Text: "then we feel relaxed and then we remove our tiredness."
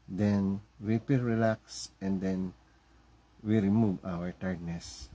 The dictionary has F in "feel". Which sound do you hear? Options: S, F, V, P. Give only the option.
P